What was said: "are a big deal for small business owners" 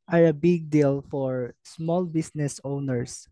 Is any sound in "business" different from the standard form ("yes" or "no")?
yes